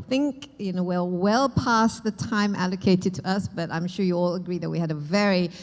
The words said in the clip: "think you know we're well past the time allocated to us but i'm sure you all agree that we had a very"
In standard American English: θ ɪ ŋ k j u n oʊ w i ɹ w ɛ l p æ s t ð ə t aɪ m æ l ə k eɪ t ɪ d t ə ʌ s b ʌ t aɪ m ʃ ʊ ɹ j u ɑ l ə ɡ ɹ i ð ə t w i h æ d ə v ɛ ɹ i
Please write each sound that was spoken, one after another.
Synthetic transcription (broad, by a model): θ ɪ ŋ k j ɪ n oʊ w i l w ɛ l p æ s ð ə t aɪ m æ l ə k eɪ t ɪ d t ə ʌ s b ʌ t aɪ m ʃ ʊ ɹ j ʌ ɑ l ə ɡ ɹ i ð ə t w i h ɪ d ə v ɛ ɹ i